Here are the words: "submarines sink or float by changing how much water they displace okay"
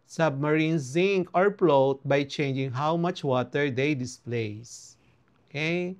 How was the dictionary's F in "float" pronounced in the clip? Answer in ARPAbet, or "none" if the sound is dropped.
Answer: P